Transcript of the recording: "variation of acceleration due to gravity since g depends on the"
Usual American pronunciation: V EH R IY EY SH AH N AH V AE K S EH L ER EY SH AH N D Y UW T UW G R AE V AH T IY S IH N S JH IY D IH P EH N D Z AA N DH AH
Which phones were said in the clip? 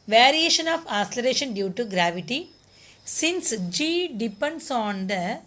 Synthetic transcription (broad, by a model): V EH R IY EY SH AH N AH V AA S L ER EY SH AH N D Y UW T UW G R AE V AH T IY S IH N S JH IY D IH P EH N D S AA N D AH